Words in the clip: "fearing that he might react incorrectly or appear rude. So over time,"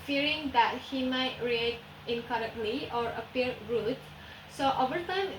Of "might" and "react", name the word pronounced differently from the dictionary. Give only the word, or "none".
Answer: react